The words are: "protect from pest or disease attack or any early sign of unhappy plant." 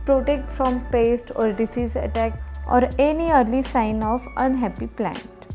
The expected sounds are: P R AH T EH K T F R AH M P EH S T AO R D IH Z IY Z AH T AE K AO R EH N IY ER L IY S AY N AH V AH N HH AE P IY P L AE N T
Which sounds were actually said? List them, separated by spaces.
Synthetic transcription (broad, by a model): P R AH T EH K T F R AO M P EH S T AO R D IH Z IY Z AH T AE K AO R EH N IY ER L IY S AY N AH F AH N HH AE P IY P L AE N T